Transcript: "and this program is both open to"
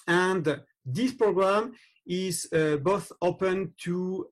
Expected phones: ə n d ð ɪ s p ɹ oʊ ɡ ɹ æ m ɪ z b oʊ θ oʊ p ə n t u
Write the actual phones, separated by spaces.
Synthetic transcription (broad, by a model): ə n d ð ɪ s p ɹ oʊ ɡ ɹ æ m ɪ z b oʊ θ oʊ p ə n t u